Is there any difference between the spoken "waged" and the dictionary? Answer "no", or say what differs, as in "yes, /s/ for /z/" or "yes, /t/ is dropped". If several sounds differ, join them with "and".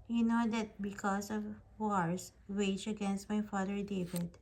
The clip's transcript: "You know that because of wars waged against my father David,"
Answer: yes, /d/ is dropped